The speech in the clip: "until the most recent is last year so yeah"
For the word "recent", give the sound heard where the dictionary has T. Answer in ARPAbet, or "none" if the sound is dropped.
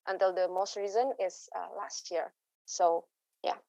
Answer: none